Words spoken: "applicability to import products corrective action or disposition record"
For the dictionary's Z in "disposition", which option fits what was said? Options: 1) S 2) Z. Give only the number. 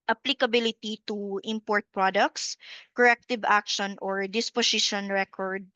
1